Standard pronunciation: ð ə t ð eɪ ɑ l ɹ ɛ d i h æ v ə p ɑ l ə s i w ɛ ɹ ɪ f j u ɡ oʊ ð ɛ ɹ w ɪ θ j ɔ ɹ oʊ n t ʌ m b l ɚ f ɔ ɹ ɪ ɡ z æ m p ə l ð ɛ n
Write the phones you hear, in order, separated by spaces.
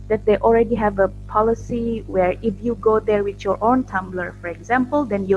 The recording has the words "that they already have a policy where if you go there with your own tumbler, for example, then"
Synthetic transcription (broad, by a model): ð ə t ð eɪ ɑ l ɹ ɛ d i h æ v ə p ɑ l ə s i w ɛ ɹ ɪ f j u ɡ oʊ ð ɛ ɹ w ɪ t j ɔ ɹ oʊ n t ʌ m b l ɚ f ɔ ɹ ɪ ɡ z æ m p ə l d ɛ n